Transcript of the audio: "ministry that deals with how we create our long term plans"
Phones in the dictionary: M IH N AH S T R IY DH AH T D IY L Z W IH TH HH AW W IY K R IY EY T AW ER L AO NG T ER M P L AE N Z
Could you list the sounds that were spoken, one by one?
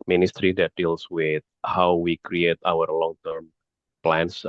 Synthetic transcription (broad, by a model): M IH N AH S T R IY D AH T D IY L S W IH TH HH AW W IY K R IY EY T AW ER L AO NG T ER M P L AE N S